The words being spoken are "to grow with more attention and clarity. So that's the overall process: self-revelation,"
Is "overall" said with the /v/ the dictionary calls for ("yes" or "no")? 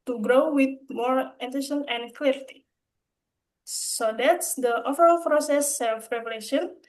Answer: no